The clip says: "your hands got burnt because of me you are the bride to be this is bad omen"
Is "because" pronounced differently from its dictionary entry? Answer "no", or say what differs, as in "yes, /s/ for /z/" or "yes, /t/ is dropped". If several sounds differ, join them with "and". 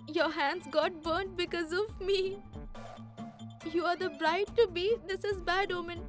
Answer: no